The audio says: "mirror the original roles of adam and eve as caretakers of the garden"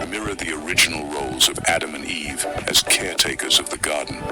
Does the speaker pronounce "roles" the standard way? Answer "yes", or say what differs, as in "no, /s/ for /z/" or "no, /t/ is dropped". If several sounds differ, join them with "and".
yes